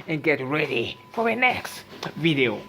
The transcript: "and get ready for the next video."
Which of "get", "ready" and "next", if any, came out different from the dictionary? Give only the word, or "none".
none